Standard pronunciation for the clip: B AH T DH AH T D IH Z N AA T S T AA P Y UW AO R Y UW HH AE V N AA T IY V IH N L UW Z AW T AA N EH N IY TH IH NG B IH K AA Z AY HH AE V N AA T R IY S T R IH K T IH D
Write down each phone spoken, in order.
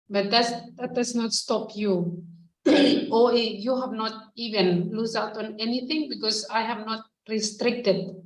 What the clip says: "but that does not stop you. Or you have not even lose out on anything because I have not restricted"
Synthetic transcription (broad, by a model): B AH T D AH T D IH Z N AA T S T AA P Y UW AO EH Y UW HH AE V N AA T IY V IH N L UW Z AW T AA N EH N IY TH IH NG B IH K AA S AY HH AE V N AA T R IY S T R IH K T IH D